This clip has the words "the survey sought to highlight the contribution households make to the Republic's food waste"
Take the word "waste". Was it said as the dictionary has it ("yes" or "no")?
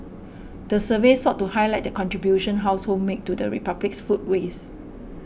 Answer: no